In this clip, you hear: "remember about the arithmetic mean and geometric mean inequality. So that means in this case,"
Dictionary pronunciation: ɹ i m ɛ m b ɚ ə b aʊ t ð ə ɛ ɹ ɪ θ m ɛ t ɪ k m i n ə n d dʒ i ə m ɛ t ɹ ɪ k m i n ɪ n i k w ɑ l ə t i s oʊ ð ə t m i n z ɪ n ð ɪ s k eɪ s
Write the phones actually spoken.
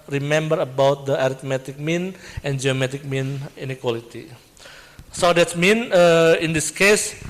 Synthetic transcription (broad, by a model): ɹ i m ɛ m b ɚ ə b aʊ t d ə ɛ ɹ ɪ t m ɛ t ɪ k m i n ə n dʒ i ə m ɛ t ɪ k m i n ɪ n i k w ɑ l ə t i s oʊ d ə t m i n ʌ ɪ n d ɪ s k eɪ s